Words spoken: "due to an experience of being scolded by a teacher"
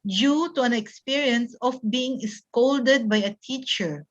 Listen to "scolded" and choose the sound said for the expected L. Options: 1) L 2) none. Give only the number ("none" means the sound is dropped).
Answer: 1